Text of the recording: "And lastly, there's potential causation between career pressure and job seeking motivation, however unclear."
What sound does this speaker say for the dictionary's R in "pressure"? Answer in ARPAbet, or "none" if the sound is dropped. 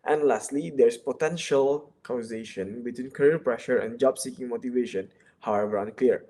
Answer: R